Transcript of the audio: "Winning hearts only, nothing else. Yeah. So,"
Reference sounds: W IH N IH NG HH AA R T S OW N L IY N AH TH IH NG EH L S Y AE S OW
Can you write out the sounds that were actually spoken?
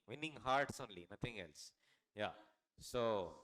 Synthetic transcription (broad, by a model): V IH N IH NG HH AA R T S OW N L IY N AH T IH NG EH L S Y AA S OW